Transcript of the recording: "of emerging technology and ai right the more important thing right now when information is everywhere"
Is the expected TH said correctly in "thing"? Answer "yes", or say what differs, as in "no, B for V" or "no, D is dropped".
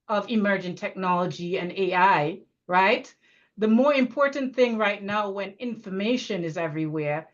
yes